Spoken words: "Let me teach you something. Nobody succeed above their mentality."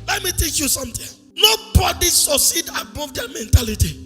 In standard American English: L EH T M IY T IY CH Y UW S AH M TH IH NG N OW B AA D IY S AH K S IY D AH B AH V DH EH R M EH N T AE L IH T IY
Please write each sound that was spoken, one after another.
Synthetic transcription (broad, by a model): L EH T M IY T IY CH Y UW S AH M T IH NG N OW B AA D IY S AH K S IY D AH B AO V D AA M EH N T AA L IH T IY